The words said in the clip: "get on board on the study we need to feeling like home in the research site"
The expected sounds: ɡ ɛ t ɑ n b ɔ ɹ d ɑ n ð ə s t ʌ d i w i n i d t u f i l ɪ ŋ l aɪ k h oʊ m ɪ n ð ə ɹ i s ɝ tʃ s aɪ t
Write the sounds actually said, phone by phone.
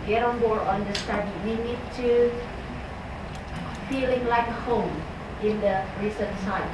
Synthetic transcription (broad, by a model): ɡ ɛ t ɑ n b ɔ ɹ ɑ n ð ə s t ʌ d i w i n i d t u f i l ɪ ŋ l aɪ k h oʊ m ɪ n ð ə ɹ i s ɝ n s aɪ